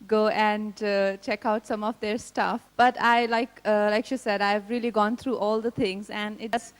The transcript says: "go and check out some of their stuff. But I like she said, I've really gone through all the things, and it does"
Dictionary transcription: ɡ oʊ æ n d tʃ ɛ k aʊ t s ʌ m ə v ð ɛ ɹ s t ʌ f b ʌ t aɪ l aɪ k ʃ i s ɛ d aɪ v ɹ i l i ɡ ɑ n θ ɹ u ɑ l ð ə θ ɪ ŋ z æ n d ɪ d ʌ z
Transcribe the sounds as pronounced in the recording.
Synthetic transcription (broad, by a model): ɡ oʊ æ n tʃ ɛ k aʊ t s ʌ m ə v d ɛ ɹ s t ʌ f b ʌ t aɪ l aɪ k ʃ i s ɛ d aɪ v ɹ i l i ɡ ɑ n t ɹ u ɑ l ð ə t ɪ ŋ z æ n d ɪ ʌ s